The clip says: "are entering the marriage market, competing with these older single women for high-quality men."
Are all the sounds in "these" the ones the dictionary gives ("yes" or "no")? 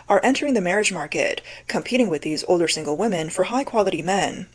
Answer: yes